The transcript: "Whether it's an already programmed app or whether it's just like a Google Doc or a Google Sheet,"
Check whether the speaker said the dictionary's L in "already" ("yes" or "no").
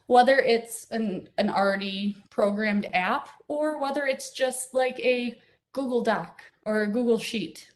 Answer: no